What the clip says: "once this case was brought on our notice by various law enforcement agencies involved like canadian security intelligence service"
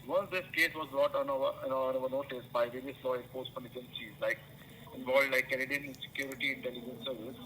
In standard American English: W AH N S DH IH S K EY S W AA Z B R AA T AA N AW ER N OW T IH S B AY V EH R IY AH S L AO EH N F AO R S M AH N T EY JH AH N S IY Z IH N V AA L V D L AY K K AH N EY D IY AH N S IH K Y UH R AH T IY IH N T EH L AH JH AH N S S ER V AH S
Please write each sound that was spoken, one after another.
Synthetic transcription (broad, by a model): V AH N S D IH S K EY S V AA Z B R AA T AA N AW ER N OW T IH S B AY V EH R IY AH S L AO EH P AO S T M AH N EY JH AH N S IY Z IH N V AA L D L AY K K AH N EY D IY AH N S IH K Y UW R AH T IY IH N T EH L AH JH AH N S S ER V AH S